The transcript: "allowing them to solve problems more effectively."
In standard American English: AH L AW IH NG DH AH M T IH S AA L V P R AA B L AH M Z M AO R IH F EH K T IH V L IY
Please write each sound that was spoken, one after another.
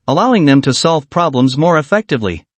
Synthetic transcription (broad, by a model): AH L AW IH NG DH AH M T IH S AA L V P R AA B L AH M Z M AO R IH F EH K T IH V L IY